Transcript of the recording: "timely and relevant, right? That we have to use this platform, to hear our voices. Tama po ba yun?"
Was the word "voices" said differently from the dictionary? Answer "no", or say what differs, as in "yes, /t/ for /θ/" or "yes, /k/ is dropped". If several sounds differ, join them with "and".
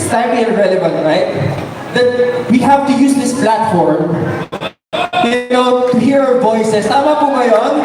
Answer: yes, /s/ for /z/